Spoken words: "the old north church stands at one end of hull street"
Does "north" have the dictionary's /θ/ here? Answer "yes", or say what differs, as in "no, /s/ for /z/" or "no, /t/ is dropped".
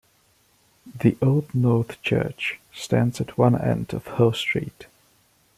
yes